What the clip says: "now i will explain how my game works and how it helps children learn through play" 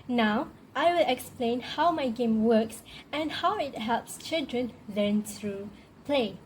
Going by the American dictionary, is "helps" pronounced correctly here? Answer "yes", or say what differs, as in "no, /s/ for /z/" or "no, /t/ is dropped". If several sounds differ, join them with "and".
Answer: yes